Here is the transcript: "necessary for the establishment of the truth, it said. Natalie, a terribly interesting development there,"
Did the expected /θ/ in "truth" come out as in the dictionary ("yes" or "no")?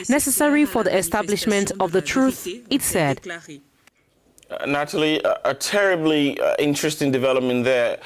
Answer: yes